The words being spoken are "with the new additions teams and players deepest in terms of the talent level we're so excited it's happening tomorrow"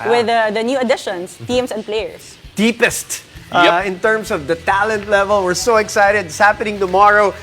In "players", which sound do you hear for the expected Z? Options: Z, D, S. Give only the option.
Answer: S